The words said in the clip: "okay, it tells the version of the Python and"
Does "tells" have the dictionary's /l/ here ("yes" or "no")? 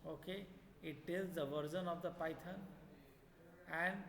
no